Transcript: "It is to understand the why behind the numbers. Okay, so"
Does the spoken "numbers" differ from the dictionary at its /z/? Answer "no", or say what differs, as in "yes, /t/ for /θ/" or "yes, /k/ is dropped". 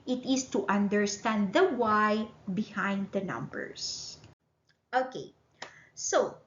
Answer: yes, /s/ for /z/